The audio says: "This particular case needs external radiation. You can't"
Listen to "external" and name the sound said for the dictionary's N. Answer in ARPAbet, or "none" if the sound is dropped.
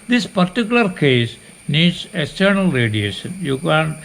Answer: N